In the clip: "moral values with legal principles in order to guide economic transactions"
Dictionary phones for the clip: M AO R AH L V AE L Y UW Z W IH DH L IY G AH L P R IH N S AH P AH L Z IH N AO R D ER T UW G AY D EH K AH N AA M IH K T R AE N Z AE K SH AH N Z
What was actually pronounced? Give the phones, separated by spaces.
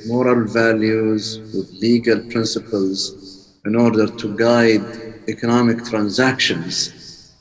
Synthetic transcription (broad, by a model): M AO R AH L V AE L Y UW Z W IH DH L IY G AH L P R IH N S AH P AH L Z IH N AO R D ER T UW G AY D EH K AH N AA M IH K T R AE N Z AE K SH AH N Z